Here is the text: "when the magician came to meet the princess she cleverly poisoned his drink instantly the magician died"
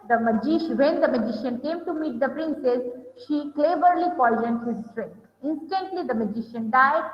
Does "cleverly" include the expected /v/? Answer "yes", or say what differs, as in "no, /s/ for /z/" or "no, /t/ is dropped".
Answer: no, /b/ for /v/